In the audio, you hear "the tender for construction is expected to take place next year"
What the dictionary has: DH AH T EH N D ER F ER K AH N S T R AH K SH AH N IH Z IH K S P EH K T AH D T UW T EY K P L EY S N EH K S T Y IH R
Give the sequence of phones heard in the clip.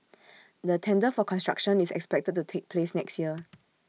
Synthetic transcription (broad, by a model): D AH T EH N D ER F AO K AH N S T R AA K SH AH N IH S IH K S P EH K T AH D T UW T EY K P L EY S N EH K S T Y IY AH